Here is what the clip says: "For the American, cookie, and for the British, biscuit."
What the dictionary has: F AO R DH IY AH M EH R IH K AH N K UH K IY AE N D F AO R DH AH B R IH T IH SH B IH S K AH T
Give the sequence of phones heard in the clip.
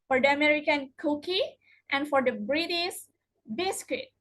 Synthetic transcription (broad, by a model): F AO R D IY AH M EH R IH K AH N K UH K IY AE N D F AO R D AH B R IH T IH S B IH S K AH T